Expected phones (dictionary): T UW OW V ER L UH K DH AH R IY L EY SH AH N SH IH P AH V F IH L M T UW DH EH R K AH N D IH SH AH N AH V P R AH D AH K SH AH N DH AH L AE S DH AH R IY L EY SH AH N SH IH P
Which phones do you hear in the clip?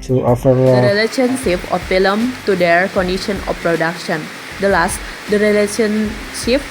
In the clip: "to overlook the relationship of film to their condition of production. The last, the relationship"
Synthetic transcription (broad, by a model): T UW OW F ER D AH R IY L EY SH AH N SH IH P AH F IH L M T UW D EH R K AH N D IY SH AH N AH F P R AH D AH K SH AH N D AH L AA S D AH R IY L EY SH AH N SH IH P